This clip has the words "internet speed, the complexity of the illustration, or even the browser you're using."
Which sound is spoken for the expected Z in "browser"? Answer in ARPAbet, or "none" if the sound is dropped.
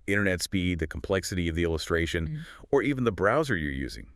Z